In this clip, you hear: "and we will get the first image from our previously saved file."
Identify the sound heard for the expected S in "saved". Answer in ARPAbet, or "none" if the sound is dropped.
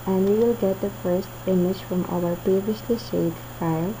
SH